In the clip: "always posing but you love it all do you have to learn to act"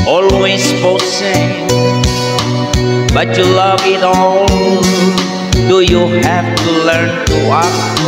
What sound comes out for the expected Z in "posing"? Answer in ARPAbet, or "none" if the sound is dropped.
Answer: S